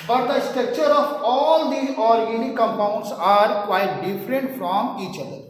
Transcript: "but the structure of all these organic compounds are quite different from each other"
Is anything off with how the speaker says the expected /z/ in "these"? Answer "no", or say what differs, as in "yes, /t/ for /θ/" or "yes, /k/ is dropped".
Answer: yes, /z/ is dropped